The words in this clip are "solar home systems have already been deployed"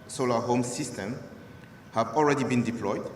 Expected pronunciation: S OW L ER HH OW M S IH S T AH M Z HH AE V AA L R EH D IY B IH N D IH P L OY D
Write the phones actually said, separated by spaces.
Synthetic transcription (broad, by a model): S OW L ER HH OW M S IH S T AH M HH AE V AA L R EH D IY B IH N D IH P L OY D